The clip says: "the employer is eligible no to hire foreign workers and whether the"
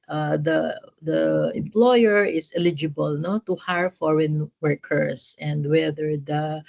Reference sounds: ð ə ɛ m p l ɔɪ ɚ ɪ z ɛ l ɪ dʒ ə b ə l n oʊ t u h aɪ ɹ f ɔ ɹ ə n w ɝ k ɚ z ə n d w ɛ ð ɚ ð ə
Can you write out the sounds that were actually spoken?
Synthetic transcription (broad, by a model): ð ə ɛ m p l ɔɪ ɚ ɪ s ɛ l ɪ dʒ ə b ə l n oʊ t u h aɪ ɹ f ɔ ɹ ə n w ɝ k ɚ s ə n d w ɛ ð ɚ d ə